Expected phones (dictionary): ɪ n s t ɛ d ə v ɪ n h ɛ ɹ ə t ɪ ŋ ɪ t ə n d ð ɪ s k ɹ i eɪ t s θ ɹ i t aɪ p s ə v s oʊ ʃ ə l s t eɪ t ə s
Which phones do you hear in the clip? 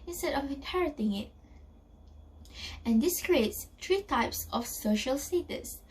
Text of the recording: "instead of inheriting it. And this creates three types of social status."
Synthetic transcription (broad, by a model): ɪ n s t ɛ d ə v ɪ n h ɛ ɹ ə t ɪ ŋ ɪ t ə n d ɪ s k ɹ i eɪ t s t ɹ i t aɪ p s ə f s oʊ ʃ ə l s t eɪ t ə s